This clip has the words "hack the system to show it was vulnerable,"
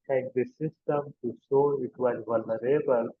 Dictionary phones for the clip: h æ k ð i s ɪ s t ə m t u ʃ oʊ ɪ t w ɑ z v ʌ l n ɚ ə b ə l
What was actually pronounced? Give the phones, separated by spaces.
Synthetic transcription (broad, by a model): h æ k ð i s ɪ s t ə m t u s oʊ ɪ t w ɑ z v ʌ l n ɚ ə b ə l